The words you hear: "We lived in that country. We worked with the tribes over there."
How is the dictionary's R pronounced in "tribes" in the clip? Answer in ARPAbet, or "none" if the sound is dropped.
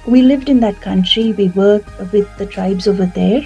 R